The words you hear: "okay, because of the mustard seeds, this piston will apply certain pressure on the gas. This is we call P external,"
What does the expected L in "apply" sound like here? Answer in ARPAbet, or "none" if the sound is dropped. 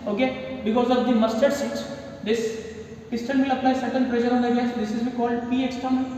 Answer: N